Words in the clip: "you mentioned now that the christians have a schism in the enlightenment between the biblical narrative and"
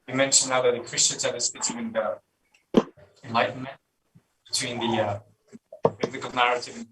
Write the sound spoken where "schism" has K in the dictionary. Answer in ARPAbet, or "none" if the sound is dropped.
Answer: none